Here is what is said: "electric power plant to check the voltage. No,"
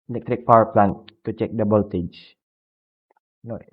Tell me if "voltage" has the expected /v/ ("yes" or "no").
no